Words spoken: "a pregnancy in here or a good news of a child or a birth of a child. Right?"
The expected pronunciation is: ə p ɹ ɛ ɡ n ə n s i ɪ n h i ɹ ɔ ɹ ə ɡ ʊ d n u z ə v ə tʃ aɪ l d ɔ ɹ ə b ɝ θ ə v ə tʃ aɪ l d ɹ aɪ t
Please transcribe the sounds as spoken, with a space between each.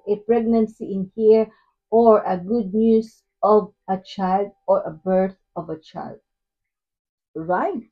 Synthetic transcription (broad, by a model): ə p ɹ ɛ ɡ n ə n s i ɪ n h i ɹ ɔ ɹ ə ɡ ʊ d n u s ə v ə tʃ aɪ l d ɔ ɹ ə b ɝ θ ə v ə tʃ aɪ l d ɹ aɪ t